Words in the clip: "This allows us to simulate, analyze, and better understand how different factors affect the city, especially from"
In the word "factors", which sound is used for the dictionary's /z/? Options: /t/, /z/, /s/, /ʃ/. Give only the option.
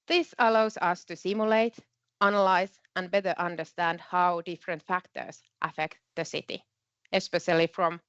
/s/